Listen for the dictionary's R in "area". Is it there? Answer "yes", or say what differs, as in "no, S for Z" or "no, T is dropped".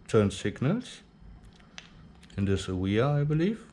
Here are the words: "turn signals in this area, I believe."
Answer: no, W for R